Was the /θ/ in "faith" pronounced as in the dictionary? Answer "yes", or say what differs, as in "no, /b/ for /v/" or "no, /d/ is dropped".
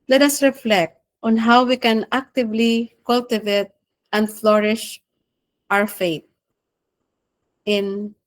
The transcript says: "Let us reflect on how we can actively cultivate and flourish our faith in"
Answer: no, /t/ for /θ/